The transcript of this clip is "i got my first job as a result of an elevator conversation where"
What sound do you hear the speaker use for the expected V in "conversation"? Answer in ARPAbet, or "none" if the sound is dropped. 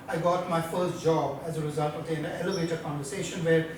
V